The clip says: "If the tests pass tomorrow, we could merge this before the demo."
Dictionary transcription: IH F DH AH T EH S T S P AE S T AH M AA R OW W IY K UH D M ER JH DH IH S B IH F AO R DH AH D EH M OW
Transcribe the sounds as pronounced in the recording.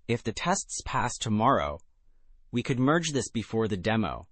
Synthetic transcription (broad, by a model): IH F DH AH T EH S T S P AE S T AH M AA R OW W IY K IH D M ER JH DH IH S B IH F AO R DH AH D EH M OW